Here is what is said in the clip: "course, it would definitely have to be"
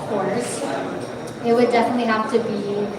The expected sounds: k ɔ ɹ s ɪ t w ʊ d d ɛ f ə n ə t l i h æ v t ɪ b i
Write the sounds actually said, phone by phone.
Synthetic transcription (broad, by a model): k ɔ ɹ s ɪ t w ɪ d d ɛ f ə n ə t l i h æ f t ɪ b i